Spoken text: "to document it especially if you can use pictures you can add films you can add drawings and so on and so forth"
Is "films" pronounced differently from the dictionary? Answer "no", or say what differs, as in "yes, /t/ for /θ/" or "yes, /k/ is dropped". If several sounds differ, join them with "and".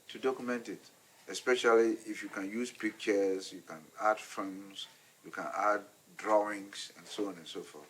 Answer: yes, /l/ is dropped